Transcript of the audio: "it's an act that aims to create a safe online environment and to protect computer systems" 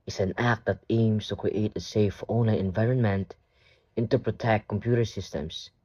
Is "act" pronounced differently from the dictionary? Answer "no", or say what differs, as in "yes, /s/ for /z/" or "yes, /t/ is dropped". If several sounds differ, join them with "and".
no